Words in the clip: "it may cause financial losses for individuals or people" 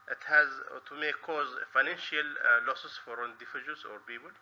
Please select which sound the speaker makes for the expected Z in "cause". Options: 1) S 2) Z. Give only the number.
2